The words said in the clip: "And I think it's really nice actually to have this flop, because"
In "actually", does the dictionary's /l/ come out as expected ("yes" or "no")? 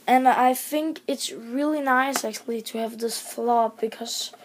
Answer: yes